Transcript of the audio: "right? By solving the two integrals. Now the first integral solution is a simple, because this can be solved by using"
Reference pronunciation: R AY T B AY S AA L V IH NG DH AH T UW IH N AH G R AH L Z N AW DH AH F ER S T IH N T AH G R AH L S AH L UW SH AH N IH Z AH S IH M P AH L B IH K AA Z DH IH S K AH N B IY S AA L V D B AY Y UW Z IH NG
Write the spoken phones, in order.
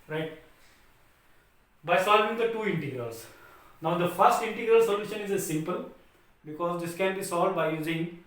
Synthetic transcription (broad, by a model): R AY T B AY S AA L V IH NG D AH T UW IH N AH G R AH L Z N AW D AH F ER S T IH N T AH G R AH L S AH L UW SH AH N IH Z AH S IH M P AH L B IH K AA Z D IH S K AH N B IY S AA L D B AY Y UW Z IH NG